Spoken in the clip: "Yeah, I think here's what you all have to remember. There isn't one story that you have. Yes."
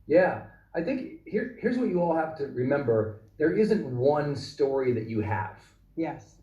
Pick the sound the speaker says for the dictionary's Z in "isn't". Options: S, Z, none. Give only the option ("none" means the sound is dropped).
Z